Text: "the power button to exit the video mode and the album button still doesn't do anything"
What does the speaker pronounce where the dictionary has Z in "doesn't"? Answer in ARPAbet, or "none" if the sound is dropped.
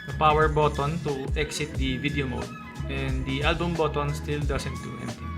S